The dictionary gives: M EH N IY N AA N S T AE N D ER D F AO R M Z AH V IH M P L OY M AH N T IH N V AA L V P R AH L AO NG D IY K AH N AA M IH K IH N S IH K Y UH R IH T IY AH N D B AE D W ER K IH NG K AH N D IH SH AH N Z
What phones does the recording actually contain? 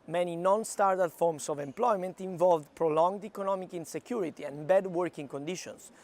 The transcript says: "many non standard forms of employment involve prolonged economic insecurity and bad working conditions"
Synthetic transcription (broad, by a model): M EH N IY N AA N S T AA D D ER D F AO R M S AH V IH M P L OY M AH N T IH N V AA L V P R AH L AO NG D IY K AH N AA M IH K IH N S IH K Y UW R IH T IY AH N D B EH D W ER K IH NG K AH N D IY SH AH N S